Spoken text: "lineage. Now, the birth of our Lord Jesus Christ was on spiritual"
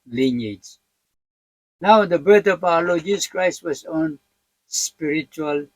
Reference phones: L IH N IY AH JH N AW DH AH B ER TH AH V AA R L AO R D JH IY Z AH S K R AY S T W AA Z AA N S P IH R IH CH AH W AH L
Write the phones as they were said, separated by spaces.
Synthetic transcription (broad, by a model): L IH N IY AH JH N AW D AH B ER T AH P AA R L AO JH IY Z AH S K R AY S T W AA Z AA N S P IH R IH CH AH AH L